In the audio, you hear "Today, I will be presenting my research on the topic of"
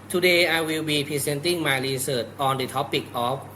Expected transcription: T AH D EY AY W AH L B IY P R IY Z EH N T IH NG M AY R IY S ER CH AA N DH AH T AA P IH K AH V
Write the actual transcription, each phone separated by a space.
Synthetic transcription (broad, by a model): T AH D EY AY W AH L B IY P IY S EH N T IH NG M AY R IY S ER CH AA N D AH T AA P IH K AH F